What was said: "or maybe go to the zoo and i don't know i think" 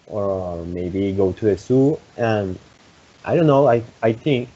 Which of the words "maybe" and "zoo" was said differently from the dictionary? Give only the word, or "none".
zoo